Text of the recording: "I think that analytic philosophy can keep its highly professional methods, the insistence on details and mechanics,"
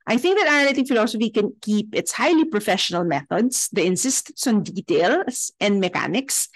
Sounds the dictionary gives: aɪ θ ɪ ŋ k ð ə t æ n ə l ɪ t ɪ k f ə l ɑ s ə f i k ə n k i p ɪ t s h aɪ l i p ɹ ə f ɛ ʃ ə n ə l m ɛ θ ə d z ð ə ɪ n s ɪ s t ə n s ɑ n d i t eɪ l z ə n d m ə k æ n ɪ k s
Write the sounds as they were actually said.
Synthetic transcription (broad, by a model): aɪ θ ɪ ŋ k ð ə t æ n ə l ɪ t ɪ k f ə l ɑ s ə f i k ə n k i p ɪ t s h aɪ l i p ɹ ə f ɛ ʃ ə n ə l m ɛ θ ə d s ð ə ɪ n s ɪ s t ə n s ɑ n d i t eɪ l s ə n d m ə k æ n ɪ k s